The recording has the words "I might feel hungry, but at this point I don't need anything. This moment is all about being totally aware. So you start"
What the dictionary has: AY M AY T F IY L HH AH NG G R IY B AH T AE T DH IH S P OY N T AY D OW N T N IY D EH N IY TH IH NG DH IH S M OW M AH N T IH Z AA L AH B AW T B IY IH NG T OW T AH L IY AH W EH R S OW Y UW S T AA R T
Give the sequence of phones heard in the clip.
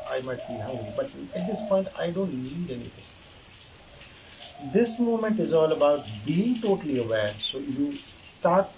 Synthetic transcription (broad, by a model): AY M AY T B IY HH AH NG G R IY B AH T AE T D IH S P OY N T AY D OW N T L IY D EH N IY T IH NG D IH S M OW M AH N T IH Z AA L AH B AW T B IY IH NG T OW T AH L IY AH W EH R S OW Y UW S T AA R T